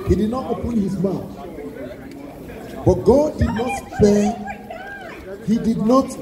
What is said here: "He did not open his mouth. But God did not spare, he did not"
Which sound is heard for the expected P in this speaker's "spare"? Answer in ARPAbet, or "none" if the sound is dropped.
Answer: none